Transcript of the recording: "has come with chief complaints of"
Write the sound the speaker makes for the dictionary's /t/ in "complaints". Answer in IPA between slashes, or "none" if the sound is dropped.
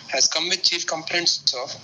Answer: /s/